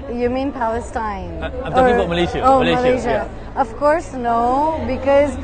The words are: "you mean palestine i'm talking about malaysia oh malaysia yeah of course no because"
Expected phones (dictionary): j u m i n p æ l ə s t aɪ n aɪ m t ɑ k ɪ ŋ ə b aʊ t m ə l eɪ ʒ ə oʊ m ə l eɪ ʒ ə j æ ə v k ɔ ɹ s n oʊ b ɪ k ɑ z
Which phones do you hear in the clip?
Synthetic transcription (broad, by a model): j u m i n p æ l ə s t t ɑ ɪ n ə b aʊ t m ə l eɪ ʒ oʊ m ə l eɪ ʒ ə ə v k ɔ ɹ s n oʊ b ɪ k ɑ z